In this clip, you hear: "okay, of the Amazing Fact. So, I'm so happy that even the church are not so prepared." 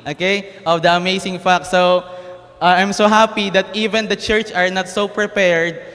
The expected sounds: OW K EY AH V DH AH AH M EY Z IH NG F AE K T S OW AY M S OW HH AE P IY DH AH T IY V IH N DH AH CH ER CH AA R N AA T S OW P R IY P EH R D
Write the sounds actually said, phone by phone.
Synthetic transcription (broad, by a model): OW K EY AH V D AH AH M EY S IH NG F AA K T S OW AY M S OW HH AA P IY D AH T IY V IH N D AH CH ER CH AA R N AA T S OW P R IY P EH R D